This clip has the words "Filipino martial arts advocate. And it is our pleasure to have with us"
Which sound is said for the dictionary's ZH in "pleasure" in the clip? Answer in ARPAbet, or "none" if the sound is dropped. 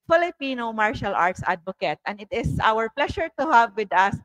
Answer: SH